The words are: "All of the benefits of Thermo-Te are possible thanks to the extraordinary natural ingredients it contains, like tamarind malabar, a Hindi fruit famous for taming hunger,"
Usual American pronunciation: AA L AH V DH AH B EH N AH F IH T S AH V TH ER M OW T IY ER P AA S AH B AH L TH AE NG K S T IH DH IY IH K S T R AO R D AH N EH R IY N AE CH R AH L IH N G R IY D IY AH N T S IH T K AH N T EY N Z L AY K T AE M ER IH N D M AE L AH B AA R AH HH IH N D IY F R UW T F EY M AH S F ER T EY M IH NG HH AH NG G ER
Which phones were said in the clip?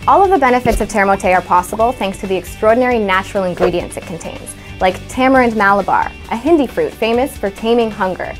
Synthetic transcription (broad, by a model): AA L AH V DH AH B EH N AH F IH T S AH V T ER M OW T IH ER P AA S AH B L TH AE NG K S T IH DH IY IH K S T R AO R D N EH R IY N AE CH R L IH N G R IY D IY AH N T S IH T K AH N T EY N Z L AY K T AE M ER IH N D M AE L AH B AA R AH HH IH N D IY F R UW T F EY M AH S F ER T EY M IH NG HH AH NG G ER